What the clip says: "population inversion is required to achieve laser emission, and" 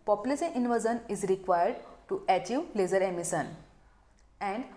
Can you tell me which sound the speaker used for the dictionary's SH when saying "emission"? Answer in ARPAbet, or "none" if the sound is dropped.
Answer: S